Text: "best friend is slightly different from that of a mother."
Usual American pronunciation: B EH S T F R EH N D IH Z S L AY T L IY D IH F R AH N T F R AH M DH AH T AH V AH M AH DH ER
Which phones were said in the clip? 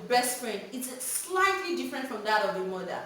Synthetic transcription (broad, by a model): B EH S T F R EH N IH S S L AY T L IY D IH F R AH N T F R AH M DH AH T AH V AH M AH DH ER